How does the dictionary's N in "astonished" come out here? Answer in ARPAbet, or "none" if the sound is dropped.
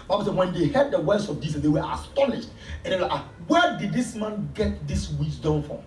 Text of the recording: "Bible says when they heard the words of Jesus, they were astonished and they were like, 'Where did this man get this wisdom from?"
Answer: N